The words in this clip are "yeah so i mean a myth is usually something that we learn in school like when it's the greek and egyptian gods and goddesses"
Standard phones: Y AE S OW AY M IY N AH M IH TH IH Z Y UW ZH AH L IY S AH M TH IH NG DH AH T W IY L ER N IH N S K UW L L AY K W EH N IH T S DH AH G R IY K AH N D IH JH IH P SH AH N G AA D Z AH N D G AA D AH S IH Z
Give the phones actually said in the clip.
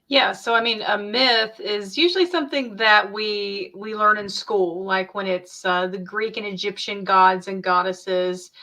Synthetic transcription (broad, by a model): Y AE S OW AY M IY N AH M IH TH IH Z Y UW ZH L IY S AH M TH IH NG DH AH T W IY L ER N IH N S K UW L L AY K W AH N IH T S DH AH G R IY K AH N IH JH IH P SH AH N G AA D Z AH N G AA D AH S IH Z